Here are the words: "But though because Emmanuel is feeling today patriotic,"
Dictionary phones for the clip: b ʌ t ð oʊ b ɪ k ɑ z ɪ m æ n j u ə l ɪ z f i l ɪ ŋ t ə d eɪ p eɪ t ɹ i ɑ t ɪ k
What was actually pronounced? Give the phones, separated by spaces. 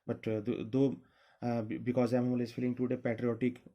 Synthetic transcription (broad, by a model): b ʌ t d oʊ b ɪ k ɑ z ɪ ɪ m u l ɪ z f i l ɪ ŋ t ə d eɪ p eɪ t ɹ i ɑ t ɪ k